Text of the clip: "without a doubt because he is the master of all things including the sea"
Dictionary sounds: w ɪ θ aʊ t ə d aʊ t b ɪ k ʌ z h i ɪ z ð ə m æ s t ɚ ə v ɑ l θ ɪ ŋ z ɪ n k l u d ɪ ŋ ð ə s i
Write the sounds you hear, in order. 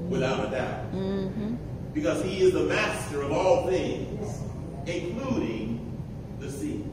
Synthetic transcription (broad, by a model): w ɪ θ aʊ t ə d aʊ t b ɪ k ʌ z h i ɪ z ð ə m æ s t ɚ ə v ɑ l θ ɪ ŋ z ɪ n k l u d ɪ ŋ ð ə s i